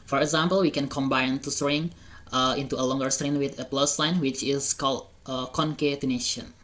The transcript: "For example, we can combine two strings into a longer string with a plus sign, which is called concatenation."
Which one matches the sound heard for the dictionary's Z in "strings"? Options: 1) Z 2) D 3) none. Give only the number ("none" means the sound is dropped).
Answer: 3